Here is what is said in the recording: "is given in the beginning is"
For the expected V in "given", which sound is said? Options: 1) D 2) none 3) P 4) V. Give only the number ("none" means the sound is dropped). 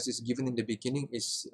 4